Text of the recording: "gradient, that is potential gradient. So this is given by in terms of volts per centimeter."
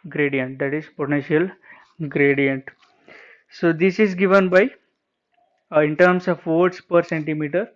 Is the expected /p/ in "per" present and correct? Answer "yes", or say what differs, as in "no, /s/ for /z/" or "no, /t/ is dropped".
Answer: yes